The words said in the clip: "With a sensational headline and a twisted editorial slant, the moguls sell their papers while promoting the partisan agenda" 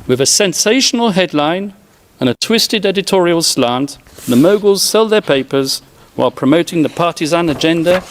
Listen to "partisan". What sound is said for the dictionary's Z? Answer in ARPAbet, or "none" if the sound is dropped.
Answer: Z